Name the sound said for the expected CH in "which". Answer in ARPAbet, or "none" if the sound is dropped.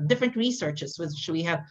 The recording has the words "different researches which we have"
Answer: SH